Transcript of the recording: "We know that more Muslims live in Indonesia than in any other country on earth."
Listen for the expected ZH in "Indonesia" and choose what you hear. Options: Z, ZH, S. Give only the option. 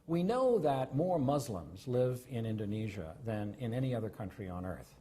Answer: ZH